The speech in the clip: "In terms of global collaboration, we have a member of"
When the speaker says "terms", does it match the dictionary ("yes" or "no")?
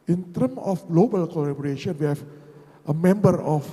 no